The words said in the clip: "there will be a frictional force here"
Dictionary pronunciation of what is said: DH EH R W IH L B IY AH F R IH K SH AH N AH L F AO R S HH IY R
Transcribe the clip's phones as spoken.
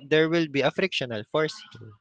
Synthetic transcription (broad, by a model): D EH R W IH L B IY AH F R IH K SH AH N AH L F AO R S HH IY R